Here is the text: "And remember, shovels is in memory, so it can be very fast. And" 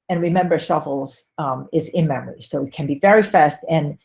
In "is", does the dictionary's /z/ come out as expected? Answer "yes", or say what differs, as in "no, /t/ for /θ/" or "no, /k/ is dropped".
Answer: yes